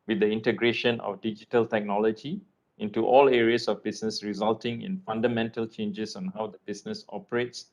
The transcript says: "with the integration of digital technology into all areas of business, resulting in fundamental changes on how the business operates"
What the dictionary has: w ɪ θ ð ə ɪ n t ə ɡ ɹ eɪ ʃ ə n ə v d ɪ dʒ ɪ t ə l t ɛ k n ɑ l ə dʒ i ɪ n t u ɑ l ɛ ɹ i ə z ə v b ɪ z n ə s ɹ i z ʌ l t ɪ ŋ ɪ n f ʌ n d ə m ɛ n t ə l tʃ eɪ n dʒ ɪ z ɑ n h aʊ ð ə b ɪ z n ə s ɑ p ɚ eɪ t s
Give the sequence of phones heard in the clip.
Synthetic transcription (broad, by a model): w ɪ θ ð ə ɪ n t ə ɡ ɹ eɪ ʃ ə n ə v d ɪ dʒ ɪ t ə l t ɛ k n ɑ l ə dʒ i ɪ n t u ɑ l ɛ ɹ i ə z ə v b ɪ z n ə s ɹ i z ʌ l t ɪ ŋ ɪ n f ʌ n d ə m ɛ n t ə l tʃ eɪ n dʒ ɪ s ɑ n h aʊ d ə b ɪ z n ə s ɑ p ɚ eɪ t s